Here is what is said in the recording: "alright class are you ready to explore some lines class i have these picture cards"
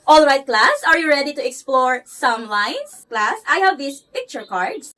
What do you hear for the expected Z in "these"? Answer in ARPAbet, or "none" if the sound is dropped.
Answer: S